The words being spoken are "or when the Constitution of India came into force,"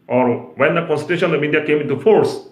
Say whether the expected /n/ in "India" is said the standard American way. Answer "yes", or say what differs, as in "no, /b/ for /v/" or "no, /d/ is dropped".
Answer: no, /n/ is dropped